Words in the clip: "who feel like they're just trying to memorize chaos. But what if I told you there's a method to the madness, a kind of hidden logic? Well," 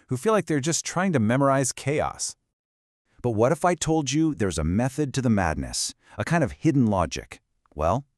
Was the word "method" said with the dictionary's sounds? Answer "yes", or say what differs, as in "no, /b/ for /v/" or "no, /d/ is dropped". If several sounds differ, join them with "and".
yes